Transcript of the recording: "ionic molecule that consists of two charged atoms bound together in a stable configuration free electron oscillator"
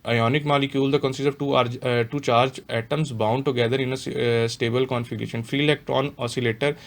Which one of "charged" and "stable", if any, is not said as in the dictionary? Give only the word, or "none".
charged